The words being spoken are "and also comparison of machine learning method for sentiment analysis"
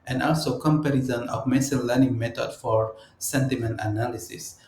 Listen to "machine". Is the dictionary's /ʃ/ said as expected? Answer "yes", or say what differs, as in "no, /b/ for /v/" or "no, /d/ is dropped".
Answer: no, /s/ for /ʃ/